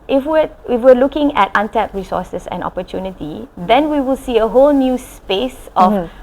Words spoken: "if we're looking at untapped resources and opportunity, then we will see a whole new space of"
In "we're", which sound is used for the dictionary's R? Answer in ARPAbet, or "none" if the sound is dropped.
W